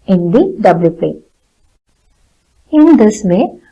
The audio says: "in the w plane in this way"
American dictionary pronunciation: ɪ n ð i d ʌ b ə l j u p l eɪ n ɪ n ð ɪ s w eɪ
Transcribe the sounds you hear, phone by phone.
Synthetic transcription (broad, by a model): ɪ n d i d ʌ b l j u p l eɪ ɪ n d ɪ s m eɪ